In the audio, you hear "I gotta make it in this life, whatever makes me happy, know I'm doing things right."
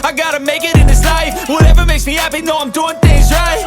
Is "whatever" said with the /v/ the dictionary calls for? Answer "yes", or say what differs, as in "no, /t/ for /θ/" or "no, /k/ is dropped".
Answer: yes